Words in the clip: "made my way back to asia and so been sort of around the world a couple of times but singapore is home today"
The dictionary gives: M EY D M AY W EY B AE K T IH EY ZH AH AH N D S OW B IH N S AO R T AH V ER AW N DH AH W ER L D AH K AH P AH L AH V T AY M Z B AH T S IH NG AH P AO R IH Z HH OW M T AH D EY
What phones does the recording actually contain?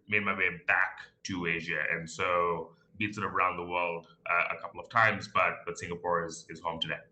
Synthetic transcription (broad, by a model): M EY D M AY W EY B AE K T IH EY ZH AH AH N S OW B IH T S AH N ER AW N DH AH W ER L D AH K AH P L AH V T AY M Z B AH T S IH NG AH P AO R IH Z HH OW M T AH D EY